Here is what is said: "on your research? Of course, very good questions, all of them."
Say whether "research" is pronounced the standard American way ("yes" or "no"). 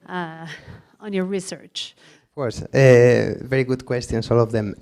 yes